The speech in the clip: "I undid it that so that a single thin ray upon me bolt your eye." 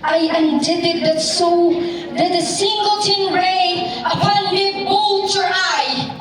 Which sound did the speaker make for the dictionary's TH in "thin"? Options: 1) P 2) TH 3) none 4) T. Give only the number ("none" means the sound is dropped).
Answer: 4